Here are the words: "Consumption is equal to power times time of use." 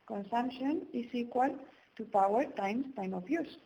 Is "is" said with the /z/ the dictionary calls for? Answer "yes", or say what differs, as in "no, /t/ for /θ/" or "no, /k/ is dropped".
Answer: no, /s/ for /z/